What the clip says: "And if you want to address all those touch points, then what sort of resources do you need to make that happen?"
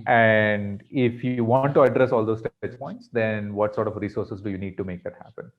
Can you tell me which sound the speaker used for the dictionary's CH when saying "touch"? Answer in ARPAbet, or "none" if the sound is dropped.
S